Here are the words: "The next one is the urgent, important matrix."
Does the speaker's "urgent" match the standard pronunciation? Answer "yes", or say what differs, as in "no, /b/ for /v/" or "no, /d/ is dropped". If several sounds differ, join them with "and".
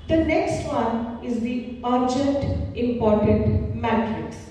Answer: yes